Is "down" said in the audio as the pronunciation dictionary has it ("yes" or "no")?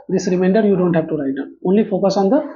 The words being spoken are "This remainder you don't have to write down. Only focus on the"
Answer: no